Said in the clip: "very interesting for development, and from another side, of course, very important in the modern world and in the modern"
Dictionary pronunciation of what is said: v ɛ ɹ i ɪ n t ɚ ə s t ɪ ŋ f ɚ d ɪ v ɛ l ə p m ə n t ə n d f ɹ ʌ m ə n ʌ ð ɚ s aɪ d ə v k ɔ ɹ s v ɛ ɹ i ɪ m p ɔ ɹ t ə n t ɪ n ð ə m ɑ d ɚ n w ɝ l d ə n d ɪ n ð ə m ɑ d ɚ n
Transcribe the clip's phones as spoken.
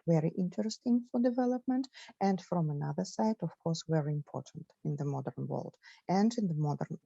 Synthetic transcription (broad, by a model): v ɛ ɹ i ɪ n t ɚ ə s t ɪ ŋ f ɚ d ɪ v ɛ l ə p m ə n t ə n d f ɹ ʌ m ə n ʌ ð ɚ s aɪ d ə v k ɔ ɹ s v ɛ ɹ i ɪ m p ɔ ɹ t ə n t ɪ n ð ə m ɑ d ɚ n w ɝ l d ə n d ɪ n ð ə m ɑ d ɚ n